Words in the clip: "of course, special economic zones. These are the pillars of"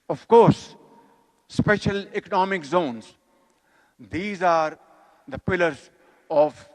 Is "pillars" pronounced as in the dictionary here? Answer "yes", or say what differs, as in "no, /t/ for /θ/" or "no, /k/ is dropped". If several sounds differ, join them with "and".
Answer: yes